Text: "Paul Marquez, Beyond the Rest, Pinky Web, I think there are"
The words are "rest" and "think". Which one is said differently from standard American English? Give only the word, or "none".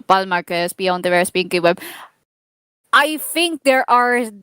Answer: rest